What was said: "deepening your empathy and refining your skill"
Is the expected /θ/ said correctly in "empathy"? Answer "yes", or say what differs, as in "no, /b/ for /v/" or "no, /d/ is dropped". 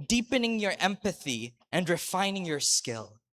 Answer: yes